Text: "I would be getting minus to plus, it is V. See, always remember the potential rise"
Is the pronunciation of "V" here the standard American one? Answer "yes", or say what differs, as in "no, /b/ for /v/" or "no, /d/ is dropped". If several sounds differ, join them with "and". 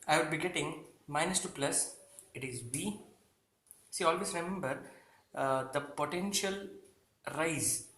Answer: no, /b/ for /v/